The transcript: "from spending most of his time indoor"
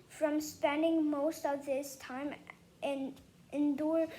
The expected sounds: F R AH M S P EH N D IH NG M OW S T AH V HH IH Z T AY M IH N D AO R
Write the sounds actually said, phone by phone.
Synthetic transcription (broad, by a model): F R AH M S P EH N D IH NG M OW S T AH V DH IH S T AY M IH N D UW R